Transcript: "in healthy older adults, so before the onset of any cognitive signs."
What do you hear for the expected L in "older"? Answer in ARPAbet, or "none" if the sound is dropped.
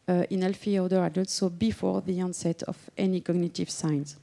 none